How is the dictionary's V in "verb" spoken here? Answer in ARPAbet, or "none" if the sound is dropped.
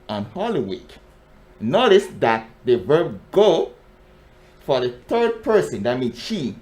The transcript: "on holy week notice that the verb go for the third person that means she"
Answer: V